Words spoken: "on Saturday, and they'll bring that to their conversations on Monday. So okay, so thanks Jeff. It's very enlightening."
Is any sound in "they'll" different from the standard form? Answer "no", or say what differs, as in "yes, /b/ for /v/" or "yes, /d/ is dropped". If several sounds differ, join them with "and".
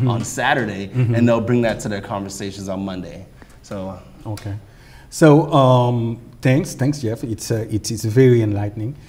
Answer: no